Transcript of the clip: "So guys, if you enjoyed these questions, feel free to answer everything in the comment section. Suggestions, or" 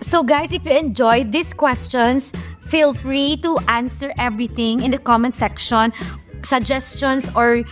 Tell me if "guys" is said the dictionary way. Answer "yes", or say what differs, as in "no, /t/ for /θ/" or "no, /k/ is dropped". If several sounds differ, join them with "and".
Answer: no, /s/ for /z/